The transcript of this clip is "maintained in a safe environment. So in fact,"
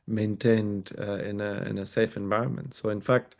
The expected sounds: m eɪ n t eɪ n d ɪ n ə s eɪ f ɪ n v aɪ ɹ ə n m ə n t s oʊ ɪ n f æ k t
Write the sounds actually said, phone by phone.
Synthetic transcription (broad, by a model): m eɪ n t eɪ n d ɪ n ə s eɪ f ɪ n v aɪ ɹ ə n m ə n t s oʊ ɪ n f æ k t